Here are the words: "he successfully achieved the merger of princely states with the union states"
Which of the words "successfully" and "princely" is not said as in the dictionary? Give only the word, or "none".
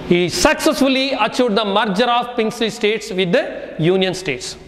princely